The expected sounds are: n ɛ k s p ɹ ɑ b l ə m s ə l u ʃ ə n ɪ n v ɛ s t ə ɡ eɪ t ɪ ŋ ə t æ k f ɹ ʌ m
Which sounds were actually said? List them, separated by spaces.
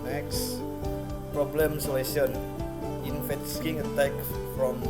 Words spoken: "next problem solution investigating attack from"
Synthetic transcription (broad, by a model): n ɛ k s p ɹ ɑ b l ə m s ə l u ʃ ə n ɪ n f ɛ t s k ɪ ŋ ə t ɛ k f ɹ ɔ m